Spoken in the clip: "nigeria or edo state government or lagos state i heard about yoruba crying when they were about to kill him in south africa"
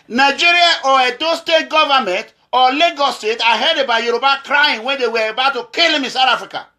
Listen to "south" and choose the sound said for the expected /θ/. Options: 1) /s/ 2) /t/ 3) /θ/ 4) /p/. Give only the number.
2